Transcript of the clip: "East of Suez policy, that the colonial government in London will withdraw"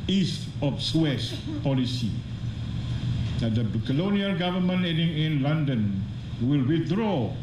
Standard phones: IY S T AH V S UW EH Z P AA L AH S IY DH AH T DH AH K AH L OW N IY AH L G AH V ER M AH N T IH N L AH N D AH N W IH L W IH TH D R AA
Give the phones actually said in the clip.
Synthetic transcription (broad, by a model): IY S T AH F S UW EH S P AA L AH S IY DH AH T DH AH K AH L OW N IY AH L G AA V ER M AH N IH N L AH N D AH N W IH L W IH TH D R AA